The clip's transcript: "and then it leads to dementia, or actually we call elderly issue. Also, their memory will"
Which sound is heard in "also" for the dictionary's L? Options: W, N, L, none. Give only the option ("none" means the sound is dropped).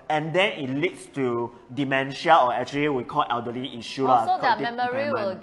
none